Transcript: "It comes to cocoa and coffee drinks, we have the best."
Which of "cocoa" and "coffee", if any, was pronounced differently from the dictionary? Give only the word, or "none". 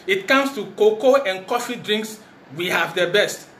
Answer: none